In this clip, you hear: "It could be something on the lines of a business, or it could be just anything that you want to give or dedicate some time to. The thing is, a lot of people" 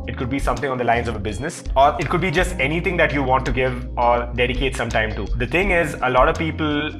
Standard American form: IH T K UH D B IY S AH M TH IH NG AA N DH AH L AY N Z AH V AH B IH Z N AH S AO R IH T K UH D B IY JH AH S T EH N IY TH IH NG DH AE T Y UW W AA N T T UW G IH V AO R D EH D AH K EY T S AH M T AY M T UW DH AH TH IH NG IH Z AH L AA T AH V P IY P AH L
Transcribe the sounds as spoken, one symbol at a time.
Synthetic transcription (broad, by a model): IH T K UH D B IY S AH M T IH NG AA N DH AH L AY N Z AH V AH B IH Z N AH S AO R IH T K UH D B IY JH AH S T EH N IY T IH NG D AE T Y UW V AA N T T UW G IH V AO R D EH D AH K EY T S AH M T AY M T UW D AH T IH NG IH Z AH L AA T AH V P IY P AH L